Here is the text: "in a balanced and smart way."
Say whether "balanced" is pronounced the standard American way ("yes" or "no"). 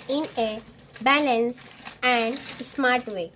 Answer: no